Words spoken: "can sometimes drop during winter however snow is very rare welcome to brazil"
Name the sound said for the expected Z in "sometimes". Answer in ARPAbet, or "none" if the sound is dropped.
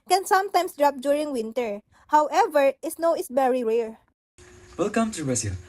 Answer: S